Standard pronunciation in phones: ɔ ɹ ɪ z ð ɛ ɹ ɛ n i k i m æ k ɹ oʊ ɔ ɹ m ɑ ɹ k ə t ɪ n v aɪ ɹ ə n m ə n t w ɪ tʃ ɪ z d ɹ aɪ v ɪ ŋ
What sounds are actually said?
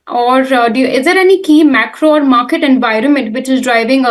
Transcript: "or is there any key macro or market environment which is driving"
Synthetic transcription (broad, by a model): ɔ ɹ ɪ z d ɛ ɹ ɛ n i k i m æ k ɹ oʊ ɔ ɹ m ɑ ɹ k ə t ɪ n v aɪ ɹ ə n m ə n t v ɪ tʃ ɪ z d ɹ aɪ v ɪ ŋ